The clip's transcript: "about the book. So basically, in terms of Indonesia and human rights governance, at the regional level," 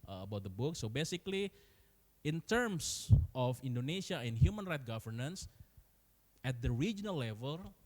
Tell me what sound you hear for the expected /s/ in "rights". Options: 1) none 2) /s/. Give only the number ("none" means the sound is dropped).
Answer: 1